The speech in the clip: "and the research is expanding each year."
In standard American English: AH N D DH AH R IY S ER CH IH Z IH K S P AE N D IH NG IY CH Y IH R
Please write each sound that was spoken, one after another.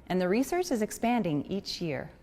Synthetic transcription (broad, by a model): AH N DH AH R IY S ER CH IH Z IH K S P AE N D IH NG IY CH Y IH R